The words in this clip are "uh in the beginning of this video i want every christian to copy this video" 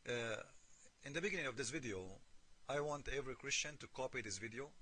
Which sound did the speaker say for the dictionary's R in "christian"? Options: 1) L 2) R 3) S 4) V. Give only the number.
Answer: 2